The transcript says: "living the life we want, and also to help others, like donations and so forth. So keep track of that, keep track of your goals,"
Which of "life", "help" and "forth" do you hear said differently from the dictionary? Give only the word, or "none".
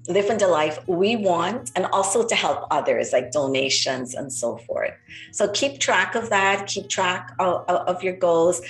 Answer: none